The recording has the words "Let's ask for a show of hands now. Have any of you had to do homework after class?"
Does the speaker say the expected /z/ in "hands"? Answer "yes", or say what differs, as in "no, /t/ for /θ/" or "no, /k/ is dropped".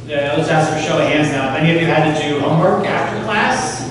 yes